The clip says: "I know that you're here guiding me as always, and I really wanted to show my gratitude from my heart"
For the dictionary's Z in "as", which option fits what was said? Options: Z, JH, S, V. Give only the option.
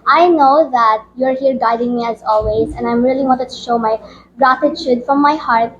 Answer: Z